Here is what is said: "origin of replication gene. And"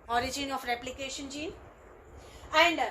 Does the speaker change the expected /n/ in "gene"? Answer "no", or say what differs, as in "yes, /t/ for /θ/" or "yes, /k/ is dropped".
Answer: yes, /n/ is dropped